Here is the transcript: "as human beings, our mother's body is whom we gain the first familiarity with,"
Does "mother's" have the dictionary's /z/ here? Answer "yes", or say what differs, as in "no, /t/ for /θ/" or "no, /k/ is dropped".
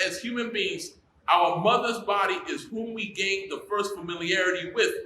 yes